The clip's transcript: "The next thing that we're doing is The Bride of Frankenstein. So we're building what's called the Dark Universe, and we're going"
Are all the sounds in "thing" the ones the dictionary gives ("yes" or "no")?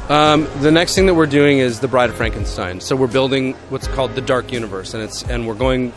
yes